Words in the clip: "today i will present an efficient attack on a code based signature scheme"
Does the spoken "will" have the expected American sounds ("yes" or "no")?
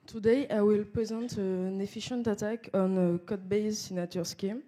yes